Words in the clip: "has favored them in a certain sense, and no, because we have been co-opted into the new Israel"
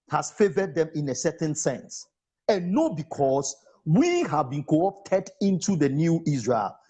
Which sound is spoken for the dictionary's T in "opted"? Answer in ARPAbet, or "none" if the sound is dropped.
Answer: T